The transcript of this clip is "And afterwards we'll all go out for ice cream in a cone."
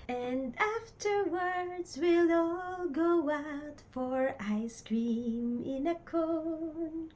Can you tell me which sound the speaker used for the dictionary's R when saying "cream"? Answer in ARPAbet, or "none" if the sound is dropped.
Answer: R